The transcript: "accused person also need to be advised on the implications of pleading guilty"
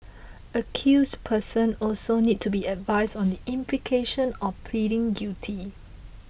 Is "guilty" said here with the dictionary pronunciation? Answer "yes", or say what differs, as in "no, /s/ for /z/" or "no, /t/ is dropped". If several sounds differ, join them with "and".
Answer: no, /l/ is dropped